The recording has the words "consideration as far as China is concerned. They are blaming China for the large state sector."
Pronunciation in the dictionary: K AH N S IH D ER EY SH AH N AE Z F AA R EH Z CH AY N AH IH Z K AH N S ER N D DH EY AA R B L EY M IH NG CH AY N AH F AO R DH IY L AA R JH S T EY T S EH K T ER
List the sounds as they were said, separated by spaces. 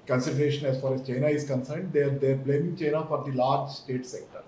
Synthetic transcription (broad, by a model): K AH N S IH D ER EY SH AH N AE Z F AA R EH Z CH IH N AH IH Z K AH N S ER N D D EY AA R B L EY M IH NG CH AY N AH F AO R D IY L AA R JH S T EY T S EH K T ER